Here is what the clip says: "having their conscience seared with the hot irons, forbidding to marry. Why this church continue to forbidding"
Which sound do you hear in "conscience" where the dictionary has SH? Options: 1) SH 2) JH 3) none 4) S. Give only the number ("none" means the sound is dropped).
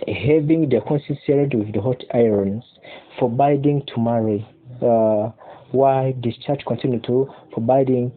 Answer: 4